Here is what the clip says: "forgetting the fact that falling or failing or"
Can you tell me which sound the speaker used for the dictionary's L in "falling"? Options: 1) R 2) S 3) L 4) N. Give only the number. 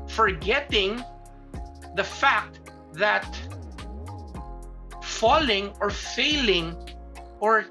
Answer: 3